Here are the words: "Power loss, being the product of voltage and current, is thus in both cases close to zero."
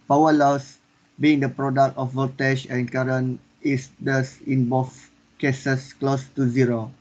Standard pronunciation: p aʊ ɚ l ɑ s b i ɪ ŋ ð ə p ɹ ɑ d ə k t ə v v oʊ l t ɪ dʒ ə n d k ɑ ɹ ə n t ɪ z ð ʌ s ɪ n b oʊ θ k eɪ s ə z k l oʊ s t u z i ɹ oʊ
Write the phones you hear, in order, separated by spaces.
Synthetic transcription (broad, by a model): p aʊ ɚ l ɑ s b i ɪ ŋ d ə p ɹ ɑ d ə k t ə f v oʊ t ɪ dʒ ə n k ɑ ɹ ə n ɪ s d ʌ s ɪ n b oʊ f k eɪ s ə s k l oʊ s t u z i ɹ oʊ